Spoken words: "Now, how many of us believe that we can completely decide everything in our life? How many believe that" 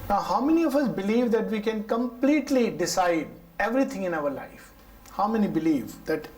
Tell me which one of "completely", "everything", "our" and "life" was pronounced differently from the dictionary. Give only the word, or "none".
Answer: everything